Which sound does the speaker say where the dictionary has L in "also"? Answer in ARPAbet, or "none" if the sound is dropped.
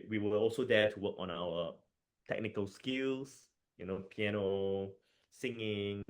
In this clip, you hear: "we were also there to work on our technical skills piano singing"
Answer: L